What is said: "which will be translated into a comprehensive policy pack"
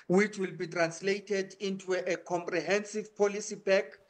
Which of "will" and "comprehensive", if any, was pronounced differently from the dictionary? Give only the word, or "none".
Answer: none